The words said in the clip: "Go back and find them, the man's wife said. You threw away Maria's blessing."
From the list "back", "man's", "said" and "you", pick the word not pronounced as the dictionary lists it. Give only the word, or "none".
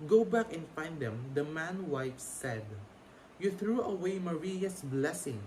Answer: man's